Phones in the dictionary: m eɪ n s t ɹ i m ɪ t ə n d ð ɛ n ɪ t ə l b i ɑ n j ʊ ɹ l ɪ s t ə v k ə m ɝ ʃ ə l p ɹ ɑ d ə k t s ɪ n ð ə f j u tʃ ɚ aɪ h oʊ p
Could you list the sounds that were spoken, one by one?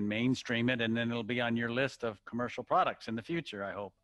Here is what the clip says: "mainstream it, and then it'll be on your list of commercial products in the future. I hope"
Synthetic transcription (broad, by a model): m eɪ n s t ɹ i m ɪ t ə n ð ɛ n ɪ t l b i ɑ n j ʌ ɹ l ɪ s t ə v k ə m ɝ ʃ l p ɹ ɑ d ə k t s ɪ n ð ə f j u tʃ ɚ aɪ h oʊ p